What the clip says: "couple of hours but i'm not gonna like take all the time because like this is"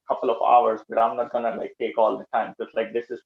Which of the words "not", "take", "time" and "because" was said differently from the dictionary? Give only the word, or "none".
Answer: because